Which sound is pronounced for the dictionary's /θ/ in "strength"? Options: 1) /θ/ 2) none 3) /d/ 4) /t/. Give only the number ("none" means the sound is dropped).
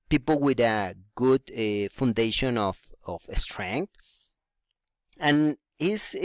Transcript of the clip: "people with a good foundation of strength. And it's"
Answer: 4